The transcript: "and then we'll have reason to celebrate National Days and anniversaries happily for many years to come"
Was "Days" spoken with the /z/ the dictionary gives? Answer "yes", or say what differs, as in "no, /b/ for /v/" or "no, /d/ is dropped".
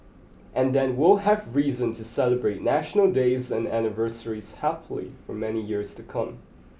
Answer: yes